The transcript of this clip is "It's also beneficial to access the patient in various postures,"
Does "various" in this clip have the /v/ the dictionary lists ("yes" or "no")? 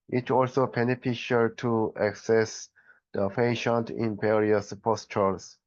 no